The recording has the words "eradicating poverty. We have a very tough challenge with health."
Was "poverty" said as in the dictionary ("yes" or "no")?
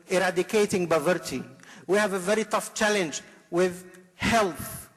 no